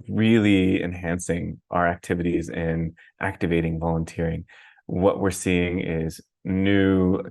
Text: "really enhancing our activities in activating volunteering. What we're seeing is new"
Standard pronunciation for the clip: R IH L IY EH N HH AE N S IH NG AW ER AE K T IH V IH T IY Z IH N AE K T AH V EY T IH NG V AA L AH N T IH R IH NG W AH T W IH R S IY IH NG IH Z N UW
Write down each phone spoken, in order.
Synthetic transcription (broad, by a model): R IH L IY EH N HH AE N S IH NG AW ER AE K T IH V IH T IY Z IH N AE K T AH V EY T IH NG V AA L AH N T IH R IH NG W AH T W IH R S IY IH NG IH Z N UW